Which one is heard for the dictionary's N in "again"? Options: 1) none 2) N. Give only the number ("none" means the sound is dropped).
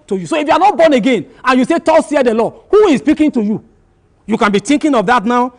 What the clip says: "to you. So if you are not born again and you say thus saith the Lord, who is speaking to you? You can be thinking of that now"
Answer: 2